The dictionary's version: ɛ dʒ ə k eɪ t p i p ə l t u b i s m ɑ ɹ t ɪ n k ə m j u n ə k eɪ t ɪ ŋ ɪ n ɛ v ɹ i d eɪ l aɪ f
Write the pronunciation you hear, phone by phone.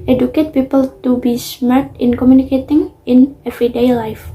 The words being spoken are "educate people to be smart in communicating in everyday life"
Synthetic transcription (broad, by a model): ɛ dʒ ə k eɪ t p i p ə l t u b i s m ɑ ɹ t ɪ n k ə m j u n ə k eɪ t ɪ ŋ ɪ n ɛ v ɹ i d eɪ l aɪ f